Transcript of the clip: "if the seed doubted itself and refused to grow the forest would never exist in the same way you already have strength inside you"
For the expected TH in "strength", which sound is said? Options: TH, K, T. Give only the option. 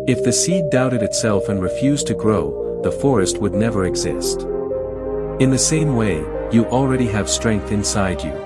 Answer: TH